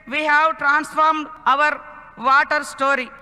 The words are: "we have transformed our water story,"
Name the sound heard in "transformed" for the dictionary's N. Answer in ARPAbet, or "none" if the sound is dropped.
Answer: N